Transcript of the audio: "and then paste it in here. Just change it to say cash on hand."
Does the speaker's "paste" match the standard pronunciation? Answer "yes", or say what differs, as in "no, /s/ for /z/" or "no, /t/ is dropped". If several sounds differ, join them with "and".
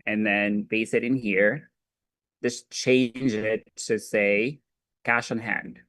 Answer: no, /b/ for /p/ and /t/ is dropped